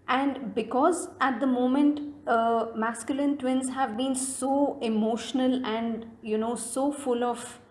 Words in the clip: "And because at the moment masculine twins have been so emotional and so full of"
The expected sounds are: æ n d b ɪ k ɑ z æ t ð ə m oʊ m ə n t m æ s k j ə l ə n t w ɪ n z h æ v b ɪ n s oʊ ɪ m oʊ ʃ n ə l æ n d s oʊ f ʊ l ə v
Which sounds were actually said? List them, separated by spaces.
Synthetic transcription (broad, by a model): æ n d b ɪ k ɑ z æ t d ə m oʊ m ə n t m æ s k j ə l ə n t w ɪ n z h æ v b ɪ n s oʊ ɪ m oʊ ʃ n ə l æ n d s oʊ f ʊ l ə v